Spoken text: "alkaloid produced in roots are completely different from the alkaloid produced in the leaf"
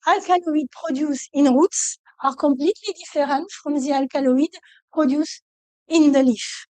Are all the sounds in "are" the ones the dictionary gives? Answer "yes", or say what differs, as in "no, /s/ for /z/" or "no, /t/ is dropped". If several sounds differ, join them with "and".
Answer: yes